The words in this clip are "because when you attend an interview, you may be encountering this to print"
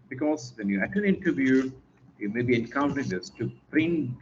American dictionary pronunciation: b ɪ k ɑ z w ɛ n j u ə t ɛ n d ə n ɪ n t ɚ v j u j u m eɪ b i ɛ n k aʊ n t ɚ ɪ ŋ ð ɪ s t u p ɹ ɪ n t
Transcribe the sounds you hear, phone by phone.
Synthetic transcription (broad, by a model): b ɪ k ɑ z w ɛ n j u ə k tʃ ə l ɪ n t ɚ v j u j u m eɪ b i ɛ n k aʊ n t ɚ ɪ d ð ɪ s t u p ɹ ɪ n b